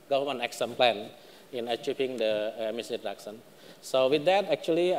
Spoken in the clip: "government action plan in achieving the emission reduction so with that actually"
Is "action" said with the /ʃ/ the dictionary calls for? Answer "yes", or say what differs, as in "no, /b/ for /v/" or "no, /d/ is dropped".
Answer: no, /s/ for /ʃ/